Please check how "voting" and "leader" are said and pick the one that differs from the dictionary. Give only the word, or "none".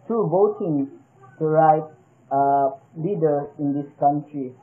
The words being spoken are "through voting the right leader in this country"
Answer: voting